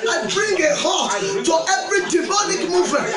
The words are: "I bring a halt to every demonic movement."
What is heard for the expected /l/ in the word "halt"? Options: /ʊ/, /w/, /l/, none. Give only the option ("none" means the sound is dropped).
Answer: none